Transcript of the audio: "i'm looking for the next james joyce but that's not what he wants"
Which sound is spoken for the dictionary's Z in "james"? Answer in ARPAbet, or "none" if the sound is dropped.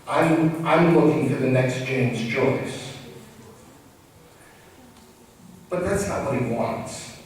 Z